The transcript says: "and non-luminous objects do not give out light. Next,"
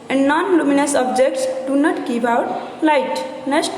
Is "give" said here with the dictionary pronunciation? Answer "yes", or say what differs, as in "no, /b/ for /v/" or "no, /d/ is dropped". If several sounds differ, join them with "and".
no, /p/ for /v/